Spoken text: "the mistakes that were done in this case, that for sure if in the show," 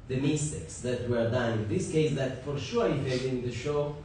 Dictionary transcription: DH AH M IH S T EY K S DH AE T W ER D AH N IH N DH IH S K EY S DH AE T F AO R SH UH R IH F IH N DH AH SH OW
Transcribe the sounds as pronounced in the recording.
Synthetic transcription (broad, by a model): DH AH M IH S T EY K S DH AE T W ER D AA IH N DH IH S K EY S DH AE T F AO R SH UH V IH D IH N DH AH SH OW